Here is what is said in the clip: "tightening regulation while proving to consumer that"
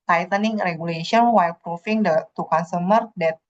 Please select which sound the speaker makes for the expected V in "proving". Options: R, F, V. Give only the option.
F